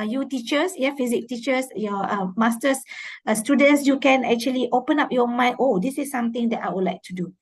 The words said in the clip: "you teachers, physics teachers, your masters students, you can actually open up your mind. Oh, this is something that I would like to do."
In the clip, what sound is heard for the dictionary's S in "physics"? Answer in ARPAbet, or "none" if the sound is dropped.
none